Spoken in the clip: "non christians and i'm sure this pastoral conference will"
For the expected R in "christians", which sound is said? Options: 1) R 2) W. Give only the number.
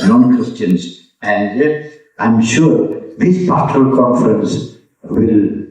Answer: 2